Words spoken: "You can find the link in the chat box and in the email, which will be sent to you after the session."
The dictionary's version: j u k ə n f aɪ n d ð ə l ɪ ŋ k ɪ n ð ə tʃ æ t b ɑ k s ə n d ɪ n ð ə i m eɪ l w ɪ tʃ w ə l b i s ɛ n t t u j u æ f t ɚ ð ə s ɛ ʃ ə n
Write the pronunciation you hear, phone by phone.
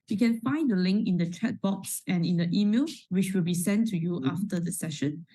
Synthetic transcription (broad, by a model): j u k ə n f aɪ n d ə l ɪ ŋ k ɪ n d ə tʃ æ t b ɑ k s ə n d ɪ n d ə i m eɪ l w ɪ tʃ w ə l b i s ɛ n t t u j u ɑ f t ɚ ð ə s ɛ ʃ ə n